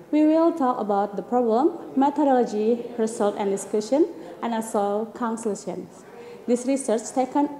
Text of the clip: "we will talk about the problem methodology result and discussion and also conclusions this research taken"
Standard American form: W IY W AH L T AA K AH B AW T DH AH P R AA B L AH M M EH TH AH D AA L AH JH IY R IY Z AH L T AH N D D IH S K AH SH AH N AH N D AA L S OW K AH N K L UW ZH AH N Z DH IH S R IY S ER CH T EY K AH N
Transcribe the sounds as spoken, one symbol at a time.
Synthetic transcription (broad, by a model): W IY W AH L T AA K AH B AW T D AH P R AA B L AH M M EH T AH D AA L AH JH IY R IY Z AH L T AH N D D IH S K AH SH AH N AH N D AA S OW K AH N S L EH SH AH N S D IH S R IY S ER CH T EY K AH N